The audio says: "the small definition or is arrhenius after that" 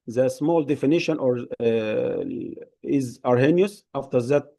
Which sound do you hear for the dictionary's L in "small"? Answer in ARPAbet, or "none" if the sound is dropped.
L